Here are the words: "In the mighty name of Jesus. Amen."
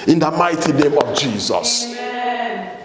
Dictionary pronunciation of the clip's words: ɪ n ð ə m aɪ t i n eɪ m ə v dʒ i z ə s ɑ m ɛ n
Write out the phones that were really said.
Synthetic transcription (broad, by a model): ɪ n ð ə m aɪ t i n eɪ m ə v dʒ i z ə s